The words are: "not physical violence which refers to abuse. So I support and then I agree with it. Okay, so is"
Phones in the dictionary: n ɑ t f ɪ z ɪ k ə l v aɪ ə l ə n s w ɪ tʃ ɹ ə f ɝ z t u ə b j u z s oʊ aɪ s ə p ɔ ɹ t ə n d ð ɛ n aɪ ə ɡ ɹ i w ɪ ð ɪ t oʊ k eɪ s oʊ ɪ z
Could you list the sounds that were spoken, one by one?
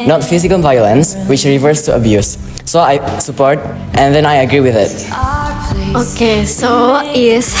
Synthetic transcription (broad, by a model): n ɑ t f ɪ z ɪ k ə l v aɪ ə l ə n s w ɪ tʃ ɹ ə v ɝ s t u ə b j u s oʊ aɪ s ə p ɔ ɹ t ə n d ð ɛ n aɪ ə ɡ ɹ i w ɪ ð ɪ t oʊ k eɪ s oʊ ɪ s